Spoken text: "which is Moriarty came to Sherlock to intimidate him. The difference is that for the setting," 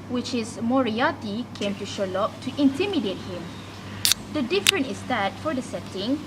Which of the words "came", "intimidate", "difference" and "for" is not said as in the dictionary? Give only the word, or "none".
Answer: difference